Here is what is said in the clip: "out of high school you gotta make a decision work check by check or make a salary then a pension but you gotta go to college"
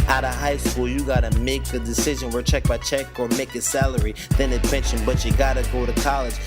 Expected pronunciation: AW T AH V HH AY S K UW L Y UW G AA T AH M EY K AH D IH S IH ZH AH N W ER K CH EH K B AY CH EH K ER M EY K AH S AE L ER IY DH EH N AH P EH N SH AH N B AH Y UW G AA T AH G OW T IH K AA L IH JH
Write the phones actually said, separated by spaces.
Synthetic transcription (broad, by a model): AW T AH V HH AY S K UW L Y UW G AA T AH M EY K AH D IH S IH ZH AH N W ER CH EH K B AY CH EH K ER M EY K AH S AE L ER IY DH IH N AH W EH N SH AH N B AH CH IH G AA T AH G OW T IH K AA L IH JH